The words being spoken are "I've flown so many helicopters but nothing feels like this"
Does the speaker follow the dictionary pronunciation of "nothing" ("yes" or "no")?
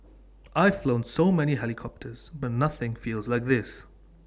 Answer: yes